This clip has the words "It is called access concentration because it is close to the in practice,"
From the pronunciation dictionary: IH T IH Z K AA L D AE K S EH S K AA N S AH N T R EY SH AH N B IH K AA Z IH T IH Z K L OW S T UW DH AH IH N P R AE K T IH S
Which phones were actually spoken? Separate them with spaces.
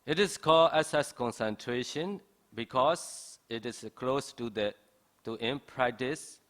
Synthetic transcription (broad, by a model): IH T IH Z K AA L D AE S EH S K AA N S AH N T R EY SH AH N B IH K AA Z IH T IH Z K L OW S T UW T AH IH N P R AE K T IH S